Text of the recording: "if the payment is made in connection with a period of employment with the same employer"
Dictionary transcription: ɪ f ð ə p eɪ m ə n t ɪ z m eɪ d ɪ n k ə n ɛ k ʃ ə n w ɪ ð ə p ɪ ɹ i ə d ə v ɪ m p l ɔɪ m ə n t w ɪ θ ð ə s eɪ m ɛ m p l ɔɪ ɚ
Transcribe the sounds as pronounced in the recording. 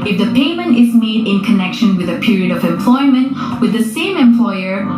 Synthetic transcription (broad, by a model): ɪ f ð ə p eɪ m ə n t ɪ z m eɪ d ɪ n k ə n ɛ k ʃ ə n w ɪ ð ə p ɪ ɹ i ə d ə v ɪ m p l ɔɪ m ə n t w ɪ ð ə s eɪ m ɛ m p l ɔɪ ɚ